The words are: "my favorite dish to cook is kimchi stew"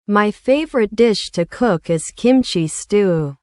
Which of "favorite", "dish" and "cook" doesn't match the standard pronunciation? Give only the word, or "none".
none